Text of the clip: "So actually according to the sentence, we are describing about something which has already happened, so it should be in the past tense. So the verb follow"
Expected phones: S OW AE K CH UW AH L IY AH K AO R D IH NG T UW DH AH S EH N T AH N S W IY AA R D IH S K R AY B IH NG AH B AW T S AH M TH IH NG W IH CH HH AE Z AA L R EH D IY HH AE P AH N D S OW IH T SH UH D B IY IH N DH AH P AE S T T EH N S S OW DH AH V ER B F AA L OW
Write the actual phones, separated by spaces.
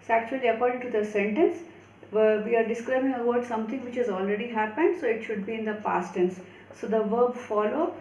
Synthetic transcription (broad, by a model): S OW AE K CH UW AH L IY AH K AO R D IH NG T UW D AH S EH N T AH N S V IY AA R D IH S K R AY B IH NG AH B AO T S AH M T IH NG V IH CH HH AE Z AA L R EH D IY HH AE P AH N D S OW IH T SH UH D B IY IH N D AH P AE S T T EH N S S OW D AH V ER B F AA L OW